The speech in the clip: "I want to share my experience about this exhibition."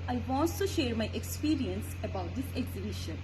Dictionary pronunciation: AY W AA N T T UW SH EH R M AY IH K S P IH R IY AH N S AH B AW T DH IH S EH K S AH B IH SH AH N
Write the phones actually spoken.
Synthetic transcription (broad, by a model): AY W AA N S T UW SH EH R M AY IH K S P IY R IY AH N S AH B AW T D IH S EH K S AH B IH SH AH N